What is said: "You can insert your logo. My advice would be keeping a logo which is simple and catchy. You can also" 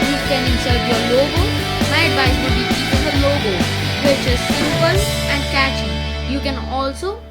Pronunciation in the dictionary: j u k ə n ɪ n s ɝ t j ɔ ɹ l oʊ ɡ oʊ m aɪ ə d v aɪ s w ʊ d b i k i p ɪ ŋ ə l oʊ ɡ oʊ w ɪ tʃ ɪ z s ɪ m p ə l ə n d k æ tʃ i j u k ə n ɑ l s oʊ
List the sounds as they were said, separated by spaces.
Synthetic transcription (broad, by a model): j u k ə n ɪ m s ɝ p j ɔ ɹ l oʊ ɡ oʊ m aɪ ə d b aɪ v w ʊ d b i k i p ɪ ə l oʊ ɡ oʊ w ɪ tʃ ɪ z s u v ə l ə n d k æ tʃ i j u k ə n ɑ l s oʊ